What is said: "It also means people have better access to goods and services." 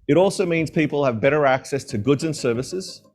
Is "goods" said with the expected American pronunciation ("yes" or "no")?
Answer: yes